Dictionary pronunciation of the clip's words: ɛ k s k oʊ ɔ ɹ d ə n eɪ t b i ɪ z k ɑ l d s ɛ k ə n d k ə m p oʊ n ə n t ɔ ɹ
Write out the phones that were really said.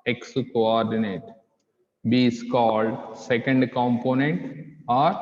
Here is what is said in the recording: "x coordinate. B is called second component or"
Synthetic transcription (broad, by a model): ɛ k s k oʊ ɔ ɹ d ə n eɪ t b i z k ɑ l d s ɛ k ə n d k ə m p oʊ n ə n t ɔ ɹ